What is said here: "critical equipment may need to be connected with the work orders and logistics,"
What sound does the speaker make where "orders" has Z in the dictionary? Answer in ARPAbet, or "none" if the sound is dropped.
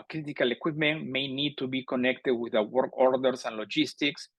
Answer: S